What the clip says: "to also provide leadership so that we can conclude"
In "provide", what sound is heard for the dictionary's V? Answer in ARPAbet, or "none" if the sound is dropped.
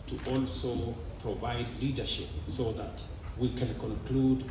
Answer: V